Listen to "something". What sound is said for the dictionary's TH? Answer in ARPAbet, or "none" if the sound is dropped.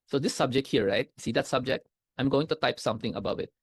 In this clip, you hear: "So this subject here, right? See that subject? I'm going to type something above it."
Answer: T